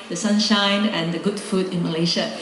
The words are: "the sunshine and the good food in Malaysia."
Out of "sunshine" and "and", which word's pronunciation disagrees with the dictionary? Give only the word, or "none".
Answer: none